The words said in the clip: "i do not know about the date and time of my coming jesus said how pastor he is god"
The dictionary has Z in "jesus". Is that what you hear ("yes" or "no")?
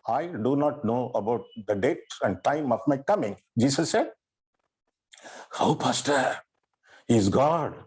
no